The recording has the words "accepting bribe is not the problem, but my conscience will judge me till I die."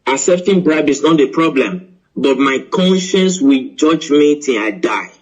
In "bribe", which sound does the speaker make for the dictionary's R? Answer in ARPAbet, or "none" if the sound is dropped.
R